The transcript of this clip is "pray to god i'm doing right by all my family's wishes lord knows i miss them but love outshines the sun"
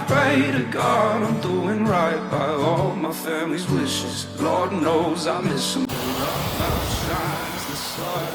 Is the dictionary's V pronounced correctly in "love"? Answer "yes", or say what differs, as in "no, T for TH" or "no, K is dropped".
no, V is dropped